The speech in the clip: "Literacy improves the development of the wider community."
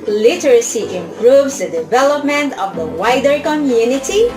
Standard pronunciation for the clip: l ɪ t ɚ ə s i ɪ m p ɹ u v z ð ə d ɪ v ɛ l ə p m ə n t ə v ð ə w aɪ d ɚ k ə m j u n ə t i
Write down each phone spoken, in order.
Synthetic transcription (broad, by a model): l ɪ t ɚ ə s i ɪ m p ɹ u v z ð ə d ɪ v ɛ l ə p m ə n t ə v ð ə w aɪ d ɚ k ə m j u n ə t i